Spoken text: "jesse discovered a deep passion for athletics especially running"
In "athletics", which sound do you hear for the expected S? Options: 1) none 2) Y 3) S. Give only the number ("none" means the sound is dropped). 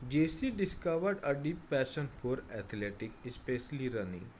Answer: 1